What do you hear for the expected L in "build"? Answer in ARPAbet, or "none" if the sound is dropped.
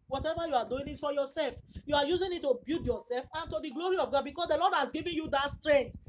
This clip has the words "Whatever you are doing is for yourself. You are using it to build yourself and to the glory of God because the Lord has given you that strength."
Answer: none